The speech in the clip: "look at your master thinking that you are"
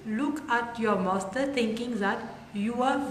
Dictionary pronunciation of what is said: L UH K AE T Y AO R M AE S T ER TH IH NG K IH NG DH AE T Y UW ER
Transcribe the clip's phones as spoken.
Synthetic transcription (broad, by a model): L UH K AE T Y AO R M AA S T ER T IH NG K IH NG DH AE T Y UW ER